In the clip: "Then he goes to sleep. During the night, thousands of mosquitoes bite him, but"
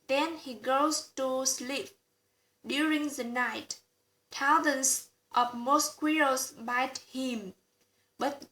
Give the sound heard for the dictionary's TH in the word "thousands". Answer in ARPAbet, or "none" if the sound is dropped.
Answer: T